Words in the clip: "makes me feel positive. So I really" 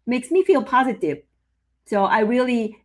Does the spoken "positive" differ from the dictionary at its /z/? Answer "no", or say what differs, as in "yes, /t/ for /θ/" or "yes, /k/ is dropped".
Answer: no